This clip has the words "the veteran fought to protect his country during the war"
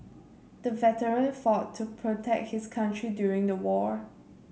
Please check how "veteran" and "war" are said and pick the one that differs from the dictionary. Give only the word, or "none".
none